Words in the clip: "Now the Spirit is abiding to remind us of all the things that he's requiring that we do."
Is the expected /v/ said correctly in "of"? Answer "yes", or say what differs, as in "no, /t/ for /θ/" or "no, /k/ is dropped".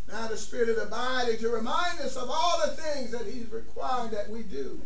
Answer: yes